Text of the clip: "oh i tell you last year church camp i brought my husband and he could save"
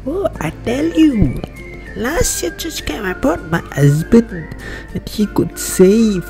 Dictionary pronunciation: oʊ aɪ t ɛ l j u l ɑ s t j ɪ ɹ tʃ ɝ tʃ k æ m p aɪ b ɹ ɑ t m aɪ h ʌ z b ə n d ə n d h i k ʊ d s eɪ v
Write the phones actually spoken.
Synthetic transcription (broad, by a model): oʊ aɪ t ɛ l j u l ɑ s t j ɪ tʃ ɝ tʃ k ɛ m aɪ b ɑ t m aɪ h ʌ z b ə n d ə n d h i k ʊ d s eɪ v